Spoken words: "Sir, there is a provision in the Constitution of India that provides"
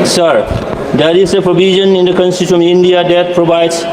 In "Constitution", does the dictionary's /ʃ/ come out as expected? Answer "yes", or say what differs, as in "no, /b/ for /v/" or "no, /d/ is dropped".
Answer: no, /ʃ/ is dropped